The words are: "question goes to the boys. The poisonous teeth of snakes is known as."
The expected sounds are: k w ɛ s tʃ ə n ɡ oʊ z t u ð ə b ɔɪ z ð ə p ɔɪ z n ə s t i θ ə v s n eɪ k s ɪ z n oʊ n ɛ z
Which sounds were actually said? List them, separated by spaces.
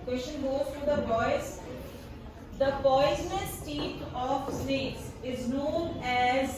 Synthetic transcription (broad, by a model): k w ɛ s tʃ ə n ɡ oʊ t t u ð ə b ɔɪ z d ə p ɔɪ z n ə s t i t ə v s eɪ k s ɪ z n oʊ n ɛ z